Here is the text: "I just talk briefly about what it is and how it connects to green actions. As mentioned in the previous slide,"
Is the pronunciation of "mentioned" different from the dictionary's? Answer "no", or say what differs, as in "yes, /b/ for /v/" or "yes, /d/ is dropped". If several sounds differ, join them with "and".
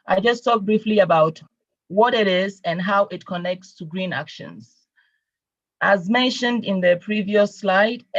no